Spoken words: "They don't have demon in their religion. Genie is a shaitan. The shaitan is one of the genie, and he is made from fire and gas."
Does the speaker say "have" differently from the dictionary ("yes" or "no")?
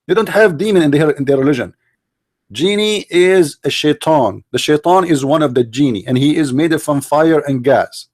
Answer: no